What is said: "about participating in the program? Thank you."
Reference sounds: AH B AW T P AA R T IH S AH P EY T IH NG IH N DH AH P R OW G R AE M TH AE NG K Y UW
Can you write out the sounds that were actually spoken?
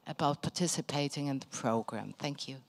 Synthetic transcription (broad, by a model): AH B AW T P AA T IH S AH P EY T IH NG IH N DH AH P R OW G R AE M TH AE NG K Y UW